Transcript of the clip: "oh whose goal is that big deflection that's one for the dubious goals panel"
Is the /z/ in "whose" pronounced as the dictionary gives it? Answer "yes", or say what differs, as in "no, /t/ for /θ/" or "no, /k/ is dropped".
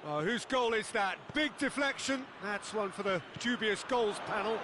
yes